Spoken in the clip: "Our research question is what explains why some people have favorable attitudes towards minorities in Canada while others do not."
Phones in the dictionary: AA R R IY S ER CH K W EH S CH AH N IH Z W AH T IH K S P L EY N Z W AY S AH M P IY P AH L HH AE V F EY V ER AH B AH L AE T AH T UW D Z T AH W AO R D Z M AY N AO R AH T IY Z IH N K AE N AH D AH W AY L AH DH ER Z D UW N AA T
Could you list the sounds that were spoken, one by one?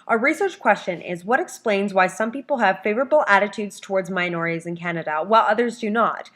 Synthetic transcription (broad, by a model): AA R R IY S ER CH K W EH S CH AH N IH Z W AH T IH K S P L EY N Z W AY S AH M P IY P L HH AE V F EY V ER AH B L AE T AH T UW D Z T AH W AO R D Z M AY N AO R AH T IY Z IH N K AE N AH D AH W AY L AH DH ER Z D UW N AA T